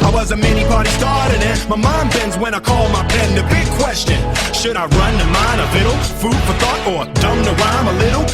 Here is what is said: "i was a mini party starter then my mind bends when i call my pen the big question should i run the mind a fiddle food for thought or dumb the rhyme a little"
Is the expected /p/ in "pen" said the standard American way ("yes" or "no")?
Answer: no